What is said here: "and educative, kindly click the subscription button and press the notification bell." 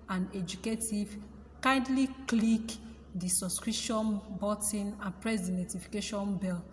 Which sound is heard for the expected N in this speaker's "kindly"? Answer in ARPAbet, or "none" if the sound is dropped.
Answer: N